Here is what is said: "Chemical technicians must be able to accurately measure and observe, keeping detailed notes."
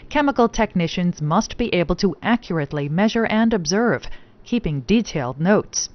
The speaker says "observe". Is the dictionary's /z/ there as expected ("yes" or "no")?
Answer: yes